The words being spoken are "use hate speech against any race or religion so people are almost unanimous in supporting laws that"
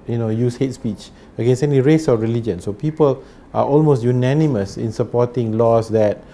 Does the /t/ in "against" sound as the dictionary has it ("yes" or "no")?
no